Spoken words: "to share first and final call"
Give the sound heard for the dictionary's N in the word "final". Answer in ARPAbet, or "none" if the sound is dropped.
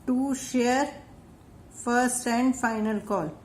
N